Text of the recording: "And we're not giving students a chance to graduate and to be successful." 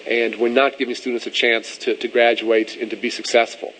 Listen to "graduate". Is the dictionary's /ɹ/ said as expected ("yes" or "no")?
yes